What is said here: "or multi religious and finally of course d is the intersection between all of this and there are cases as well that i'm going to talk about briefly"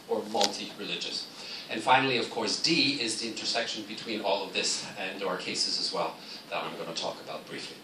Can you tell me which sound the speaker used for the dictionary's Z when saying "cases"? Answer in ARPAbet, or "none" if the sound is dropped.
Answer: Z